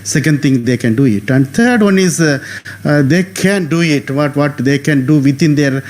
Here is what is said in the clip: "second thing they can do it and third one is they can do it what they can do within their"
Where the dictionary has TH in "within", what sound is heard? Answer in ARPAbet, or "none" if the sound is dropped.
T